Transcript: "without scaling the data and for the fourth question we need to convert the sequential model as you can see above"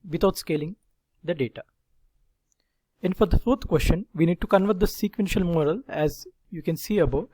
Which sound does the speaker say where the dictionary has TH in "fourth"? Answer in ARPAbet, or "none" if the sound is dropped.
T